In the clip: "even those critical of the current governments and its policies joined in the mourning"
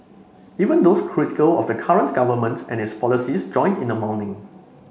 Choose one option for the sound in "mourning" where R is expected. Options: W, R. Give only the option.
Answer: W